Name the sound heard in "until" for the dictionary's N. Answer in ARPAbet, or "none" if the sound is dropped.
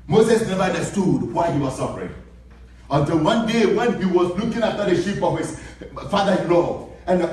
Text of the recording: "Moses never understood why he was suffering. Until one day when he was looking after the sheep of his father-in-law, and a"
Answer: N